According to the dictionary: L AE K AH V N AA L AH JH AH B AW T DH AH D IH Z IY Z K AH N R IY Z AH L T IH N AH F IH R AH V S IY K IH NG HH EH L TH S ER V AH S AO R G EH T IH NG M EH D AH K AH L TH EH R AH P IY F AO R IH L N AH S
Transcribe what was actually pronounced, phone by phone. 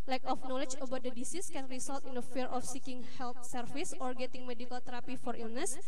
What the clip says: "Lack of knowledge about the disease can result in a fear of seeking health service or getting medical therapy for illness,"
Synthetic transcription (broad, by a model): L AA K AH F N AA L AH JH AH B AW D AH D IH S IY S K AH N R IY S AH L T IH N AH F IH R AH F S IY K IH NG HH EH L T S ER F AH S AO R G EH T IH NG M EH D AH K AH L T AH R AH P IY F AO R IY L N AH S